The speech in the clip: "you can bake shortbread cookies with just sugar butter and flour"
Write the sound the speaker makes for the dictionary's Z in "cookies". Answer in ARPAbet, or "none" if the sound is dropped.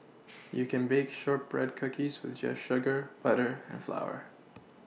Z